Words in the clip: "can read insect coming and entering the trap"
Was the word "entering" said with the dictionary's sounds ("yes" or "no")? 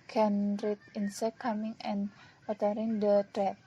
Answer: no